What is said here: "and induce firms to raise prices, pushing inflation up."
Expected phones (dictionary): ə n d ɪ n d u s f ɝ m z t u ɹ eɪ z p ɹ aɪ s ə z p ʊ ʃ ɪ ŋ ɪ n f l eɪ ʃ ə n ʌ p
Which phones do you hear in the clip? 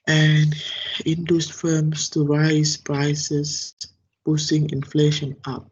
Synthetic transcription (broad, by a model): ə n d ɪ n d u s f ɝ m s t u ɹ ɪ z p ɹ aɪ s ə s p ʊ s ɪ ŋ ɪ n f l eɪ ʃ ə n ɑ p